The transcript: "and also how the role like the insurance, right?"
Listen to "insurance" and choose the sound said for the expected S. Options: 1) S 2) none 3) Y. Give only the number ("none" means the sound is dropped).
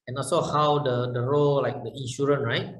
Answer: 2